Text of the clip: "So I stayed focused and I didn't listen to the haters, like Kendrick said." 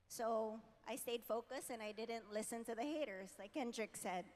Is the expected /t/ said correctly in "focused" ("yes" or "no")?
no